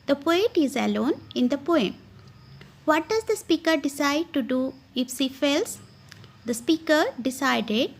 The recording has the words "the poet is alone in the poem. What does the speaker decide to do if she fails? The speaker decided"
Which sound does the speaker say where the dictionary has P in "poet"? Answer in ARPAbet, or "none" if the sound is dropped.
P